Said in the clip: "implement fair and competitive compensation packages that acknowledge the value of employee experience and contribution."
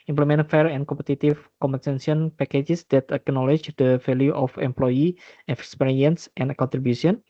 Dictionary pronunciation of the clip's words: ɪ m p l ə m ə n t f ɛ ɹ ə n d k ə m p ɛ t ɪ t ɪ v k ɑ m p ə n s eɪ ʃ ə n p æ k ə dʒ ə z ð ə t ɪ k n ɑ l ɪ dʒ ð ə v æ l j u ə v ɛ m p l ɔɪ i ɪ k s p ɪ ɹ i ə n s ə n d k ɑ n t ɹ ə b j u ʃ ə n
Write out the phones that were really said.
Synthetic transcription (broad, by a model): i m p l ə m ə n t f ɛ ɹ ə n k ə m p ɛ t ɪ t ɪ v k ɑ m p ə n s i ə n p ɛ k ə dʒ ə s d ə t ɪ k n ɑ l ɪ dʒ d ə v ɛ l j u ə f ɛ m p l ɔɪ i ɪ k s p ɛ ɹ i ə n s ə n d k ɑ n t ɹ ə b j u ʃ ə n